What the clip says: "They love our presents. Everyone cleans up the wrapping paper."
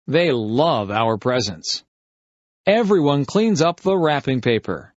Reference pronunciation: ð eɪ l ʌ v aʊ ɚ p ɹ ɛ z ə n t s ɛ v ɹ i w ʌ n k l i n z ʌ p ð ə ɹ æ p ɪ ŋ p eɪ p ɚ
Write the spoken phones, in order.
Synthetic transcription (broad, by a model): ð eɪ l ʌ v aʊ ɚ p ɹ ɛ z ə n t s ɛ v ɹ i w ʌ n k l i n z ʌ p ð ə ɹ æ p ɪ ŋ p eɪ p ɚ